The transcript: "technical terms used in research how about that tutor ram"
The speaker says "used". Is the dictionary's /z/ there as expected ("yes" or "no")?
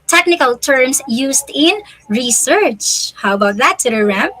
no